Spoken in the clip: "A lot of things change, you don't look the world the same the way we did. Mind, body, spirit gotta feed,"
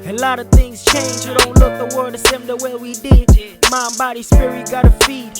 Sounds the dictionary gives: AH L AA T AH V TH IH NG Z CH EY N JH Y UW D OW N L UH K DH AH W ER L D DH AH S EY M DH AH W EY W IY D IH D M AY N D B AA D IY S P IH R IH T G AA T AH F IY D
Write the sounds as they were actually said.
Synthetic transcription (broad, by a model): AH L AA T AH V TH IH NG Z CH EY N JH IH D OW N L UH K DH AH W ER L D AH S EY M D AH W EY W IY D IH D M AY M B AA D IY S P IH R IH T G AA T AH F IY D